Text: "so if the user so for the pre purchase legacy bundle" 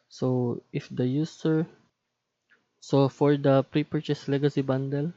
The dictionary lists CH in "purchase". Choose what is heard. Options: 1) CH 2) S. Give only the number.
1